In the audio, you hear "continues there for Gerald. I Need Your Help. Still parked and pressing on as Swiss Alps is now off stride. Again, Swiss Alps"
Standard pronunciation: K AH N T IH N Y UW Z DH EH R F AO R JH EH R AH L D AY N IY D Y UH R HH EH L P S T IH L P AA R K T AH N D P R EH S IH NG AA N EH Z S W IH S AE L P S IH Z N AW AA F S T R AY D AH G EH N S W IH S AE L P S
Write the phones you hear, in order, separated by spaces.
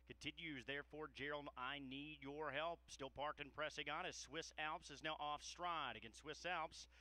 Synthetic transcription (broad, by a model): K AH N T IH N Y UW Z DH EH R F AO R JH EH R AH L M AY N IY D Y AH R HH EH L P S T IH L P AA R K T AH N P R EH S IH NG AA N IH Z S W IH S AE L P S IH Z N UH AA F S T R AY D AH G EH N S W IH S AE L P S